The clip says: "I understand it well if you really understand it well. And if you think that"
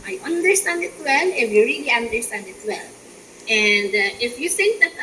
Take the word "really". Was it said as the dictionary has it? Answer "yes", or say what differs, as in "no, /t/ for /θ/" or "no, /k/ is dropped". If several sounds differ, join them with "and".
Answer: yes